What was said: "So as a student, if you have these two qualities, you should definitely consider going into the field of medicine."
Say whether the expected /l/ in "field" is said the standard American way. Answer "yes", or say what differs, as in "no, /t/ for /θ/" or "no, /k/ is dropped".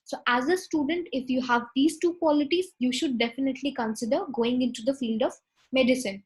yes